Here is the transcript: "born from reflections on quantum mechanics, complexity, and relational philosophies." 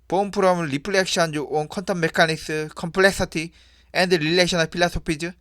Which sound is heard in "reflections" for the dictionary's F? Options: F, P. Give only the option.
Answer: P